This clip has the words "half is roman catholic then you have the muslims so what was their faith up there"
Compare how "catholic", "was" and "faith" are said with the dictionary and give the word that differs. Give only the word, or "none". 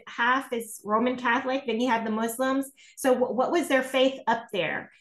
none